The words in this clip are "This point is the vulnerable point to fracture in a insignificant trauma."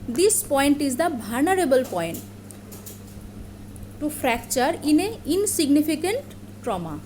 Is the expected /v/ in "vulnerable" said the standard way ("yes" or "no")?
no